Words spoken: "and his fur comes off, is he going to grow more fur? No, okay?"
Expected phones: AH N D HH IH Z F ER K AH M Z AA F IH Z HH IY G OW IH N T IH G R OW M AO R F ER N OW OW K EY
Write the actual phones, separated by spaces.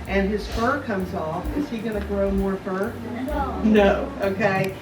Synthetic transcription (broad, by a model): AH N IH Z F ER K AH M Z AA F IH Z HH IY G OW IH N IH G R OW M AO R F ER N OW OW K EY